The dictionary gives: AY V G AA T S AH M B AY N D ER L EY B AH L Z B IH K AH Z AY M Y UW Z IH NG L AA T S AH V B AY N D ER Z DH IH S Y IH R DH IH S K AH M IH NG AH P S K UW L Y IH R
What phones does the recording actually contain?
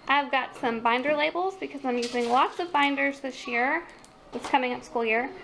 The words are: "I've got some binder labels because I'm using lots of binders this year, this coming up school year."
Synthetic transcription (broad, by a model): AY V G AA T S AH M B AY N D ER L EY B L Z B IH K AH Z AY M Y UW Z IH NG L AA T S AH V B AY N D ER Z DH IH S Y IH R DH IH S K AH M IH NG AH P S K UW L Y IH R